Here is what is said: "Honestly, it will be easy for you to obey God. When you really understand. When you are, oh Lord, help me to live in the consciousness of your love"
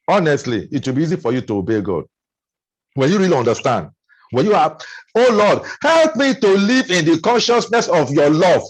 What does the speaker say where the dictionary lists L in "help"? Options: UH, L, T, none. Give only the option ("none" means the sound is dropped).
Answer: L